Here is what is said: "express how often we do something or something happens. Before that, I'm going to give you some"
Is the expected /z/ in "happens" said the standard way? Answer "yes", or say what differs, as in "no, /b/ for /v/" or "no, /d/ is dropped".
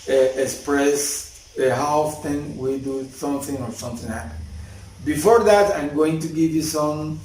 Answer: no, /z/ is dropped